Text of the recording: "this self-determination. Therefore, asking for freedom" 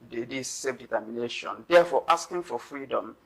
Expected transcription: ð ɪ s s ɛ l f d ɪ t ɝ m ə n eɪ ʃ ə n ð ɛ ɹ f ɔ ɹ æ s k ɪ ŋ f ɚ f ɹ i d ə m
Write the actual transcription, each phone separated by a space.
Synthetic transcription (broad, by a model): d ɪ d s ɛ f d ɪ t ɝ m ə n eɪ ʃ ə n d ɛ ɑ f ɔ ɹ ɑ s k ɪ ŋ f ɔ f ɹ i d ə m